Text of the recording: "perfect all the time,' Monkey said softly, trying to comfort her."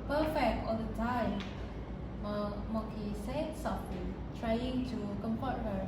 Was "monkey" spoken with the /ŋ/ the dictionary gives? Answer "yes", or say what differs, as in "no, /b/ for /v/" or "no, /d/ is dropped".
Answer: no, /ŋ/ is dropped